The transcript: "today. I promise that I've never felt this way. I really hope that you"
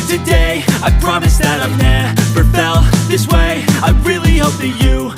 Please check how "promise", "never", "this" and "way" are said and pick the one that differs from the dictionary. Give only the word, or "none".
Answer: never